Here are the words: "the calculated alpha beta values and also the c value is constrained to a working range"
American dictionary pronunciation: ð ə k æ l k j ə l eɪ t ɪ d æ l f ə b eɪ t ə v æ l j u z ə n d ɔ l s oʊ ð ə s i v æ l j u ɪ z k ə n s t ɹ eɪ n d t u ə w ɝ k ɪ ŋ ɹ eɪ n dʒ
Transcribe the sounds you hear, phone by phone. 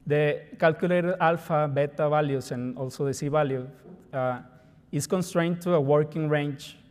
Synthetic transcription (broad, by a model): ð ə k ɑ l k j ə l eɪ t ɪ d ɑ l f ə b eɪ t ə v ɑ l j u s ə n ɔ l s oʊ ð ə s i b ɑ l j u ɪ s k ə n s t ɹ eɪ n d t u ə w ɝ k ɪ ŋ ɹ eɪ n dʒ